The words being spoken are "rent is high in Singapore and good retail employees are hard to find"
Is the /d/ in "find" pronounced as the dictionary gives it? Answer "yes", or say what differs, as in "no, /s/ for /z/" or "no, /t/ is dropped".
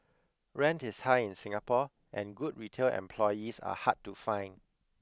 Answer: no, /d/ is dropped